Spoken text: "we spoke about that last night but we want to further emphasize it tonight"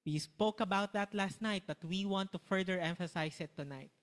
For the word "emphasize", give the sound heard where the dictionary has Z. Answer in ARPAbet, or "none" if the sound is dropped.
S